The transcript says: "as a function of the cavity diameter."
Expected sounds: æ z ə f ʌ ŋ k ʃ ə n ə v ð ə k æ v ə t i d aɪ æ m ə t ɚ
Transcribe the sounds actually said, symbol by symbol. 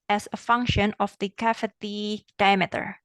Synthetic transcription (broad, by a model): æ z ə f ʌ ŋ k ʃ ə n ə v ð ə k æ f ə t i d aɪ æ m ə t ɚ